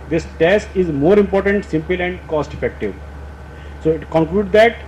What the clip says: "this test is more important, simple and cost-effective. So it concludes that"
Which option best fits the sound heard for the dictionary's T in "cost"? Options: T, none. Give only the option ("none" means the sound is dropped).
T